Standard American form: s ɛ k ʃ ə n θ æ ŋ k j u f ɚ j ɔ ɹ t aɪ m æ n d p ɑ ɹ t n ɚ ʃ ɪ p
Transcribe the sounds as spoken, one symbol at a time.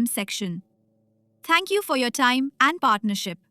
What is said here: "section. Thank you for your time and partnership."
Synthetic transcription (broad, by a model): s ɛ k ʃ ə n t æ ŋ k j u f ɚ j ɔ t aɪ m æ n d p ɑ t n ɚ ʃ ɪ p